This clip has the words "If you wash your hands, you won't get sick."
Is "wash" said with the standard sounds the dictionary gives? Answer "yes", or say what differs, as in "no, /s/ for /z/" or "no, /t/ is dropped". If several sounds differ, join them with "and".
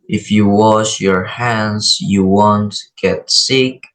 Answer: yes